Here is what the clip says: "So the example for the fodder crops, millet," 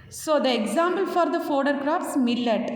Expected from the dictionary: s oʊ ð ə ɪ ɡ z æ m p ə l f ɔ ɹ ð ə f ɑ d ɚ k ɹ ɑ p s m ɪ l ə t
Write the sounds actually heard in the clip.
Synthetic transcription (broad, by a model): s oʊ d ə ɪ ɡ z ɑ m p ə l f ɔ ɹ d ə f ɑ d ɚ k ɹ ɑ p s m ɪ l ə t